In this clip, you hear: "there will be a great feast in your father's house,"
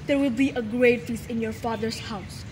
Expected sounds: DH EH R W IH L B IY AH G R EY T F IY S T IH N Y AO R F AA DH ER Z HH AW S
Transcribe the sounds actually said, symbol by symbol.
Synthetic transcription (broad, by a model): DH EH R W IH L B IY AH G R EY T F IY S IH N Y AO R F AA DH ER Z HH AW S